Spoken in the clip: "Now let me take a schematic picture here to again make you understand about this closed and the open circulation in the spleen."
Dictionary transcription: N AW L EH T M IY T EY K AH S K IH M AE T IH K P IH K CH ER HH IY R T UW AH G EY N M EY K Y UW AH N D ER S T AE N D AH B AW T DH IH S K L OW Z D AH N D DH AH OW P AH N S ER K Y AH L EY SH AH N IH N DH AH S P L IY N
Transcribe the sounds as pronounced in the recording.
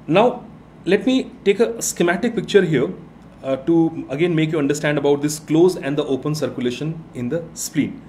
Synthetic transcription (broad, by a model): N AW L EH T M IY T EY K AH S K IH M AE T IH K P IH K CH ER HH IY R T UW AH G EY N M EY K Y UW AH N D ER S T AE N D AH B AW T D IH S K L OW Z AH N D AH OW P AH N S ER K Y AH L EY SH AH N IH N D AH S P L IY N